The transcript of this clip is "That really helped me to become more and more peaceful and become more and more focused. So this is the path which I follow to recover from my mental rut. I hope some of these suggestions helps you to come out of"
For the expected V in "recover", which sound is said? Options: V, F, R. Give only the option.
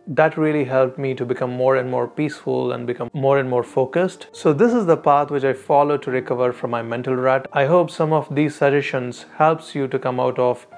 V